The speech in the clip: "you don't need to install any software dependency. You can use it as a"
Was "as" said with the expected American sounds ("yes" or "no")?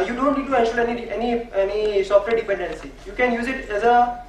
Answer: yes